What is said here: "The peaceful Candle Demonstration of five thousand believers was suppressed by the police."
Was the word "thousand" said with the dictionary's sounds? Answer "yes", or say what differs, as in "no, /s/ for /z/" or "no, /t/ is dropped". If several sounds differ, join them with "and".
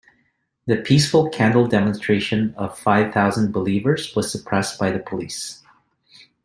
yes